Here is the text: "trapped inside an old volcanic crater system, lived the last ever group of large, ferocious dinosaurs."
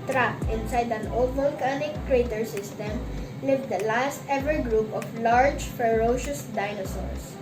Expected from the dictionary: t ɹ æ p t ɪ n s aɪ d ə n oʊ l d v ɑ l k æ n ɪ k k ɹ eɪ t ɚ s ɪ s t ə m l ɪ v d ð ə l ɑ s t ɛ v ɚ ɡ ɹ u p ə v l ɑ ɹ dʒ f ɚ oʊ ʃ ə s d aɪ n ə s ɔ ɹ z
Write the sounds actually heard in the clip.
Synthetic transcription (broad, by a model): t ɹ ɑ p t ɪ n s aɪ d ə n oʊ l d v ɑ l k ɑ n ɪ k k ɹ eɪ t ɚ s ɪ s t ə m l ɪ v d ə l ɑ s t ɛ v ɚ ɡ ɹ u p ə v l ɑ ɹ dʒ f ɚ oʊ ʃ ə s d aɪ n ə s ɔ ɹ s